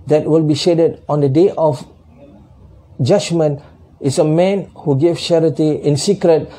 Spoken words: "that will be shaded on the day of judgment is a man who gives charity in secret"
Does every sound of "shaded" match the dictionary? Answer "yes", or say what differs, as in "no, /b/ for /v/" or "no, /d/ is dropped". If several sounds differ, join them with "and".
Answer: yes